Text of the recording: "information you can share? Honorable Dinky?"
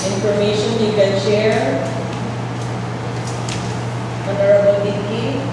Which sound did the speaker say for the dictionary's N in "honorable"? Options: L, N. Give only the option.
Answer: N